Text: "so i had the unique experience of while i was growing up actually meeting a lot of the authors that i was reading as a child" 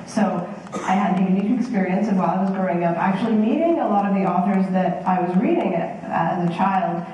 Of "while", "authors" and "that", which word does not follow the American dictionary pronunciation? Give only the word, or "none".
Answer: none